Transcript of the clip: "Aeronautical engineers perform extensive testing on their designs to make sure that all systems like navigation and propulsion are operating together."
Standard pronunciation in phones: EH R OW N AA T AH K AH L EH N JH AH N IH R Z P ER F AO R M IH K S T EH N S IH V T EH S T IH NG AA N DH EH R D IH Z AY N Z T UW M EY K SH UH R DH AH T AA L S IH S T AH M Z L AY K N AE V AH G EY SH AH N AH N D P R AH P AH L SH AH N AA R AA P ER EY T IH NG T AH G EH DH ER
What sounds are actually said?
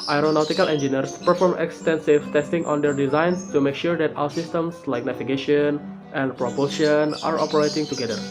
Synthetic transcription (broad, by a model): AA R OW N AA T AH K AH L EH N JH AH N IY R S P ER F AO M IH K S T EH N S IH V T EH S T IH NG AA N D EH R D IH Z AY N S T UW M EY K SH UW R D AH T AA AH S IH S T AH M S L AY K N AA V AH G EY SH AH N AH N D P R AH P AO SH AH N AA R AA P ER EY T IH NG T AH G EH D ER